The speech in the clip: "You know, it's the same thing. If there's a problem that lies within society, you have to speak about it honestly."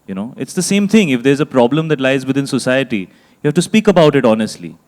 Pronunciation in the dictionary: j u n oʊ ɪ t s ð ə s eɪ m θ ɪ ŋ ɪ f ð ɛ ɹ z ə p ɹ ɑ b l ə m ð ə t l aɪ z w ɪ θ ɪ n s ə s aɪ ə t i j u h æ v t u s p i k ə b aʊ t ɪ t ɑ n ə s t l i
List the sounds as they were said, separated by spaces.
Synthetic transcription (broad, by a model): j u n oʊ ɪ t s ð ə s eɪ m t ɪ ŋ ɪ f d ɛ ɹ z ə p ɹ ɑ b l ə m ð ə t l aɪ z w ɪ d ɪ n s ə s aɪ ə t i j u h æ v t u s p i k ə b aʊ t ɪ t ɑ n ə s t l i